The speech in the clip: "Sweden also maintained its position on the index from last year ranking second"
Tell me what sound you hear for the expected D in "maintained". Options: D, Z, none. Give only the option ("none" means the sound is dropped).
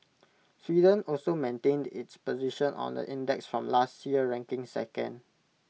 D